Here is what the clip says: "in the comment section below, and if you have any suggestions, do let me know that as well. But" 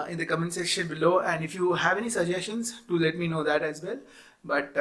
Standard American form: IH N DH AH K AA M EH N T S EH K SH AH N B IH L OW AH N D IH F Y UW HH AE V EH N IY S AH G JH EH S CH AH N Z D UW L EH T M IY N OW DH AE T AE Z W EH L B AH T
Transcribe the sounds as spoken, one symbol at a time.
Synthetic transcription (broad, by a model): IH N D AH K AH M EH N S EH SH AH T B IH L OW AH N D IH F Y UW HH AE V EH N IY S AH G JH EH S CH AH N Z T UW L EH T M IY N OW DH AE T AE Z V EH L B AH T